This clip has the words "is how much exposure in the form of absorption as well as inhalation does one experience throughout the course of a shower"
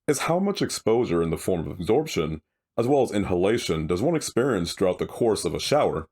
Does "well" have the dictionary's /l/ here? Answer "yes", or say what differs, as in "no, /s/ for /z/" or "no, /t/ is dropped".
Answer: yes